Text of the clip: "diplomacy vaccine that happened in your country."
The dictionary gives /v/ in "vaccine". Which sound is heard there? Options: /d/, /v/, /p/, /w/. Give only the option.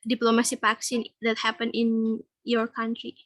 /p/